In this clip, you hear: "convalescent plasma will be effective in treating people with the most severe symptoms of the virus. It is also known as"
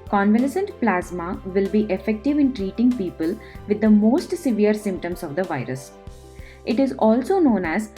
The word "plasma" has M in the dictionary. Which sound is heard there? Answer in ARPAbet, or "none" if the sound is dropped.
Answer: M